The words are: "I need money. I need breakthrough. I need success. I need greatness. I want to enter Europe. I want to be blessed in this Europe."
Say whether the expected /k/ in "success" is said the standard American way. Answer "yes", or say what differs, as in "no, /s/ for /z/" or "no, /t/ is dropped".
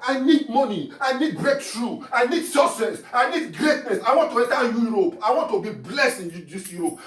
no, /k/ is dropped